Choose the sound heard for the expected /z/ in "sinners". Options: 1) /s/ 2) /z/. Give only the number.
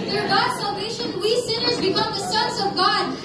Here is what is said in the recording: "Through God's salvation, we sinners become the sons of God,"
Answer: 2